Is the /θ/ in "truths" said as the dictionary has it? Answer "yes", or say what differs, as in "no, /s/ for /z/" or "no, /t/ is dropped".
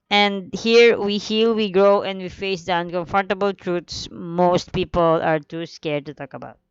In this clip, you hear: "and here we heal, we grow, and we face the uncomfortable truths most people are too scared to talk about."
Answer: no, /t/ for /θ/